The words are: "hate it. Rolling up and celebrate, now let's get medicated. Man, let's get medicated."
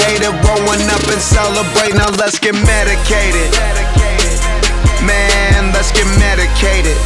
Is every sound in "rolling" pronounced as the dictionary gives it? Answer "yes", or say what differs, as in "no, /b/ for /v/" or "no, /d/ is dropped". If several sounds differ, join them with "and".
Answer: no, /w/ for /l/